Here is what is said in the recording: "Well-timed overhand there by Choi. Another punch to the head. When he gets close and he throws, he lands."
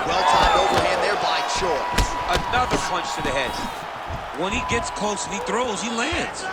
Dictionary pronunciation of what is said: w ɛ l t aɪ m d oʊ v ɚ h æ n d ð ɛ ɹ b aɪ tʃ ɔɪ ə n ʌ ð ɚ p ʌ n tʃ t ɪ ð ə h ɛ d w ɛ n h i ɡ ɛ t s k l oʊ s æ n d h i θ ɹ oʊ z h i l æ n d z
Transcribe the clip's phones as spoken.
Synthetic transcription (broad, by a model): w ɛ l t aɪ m oʊ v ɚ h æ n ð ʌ ɹ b aɪ ʃ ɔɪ ə n ʌ ð ɚ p ʌ n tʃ t ɪ ð ə h ɛ d w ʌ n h i ɡ ɛ t s k oʊ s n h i θ ɹ oʊ z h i l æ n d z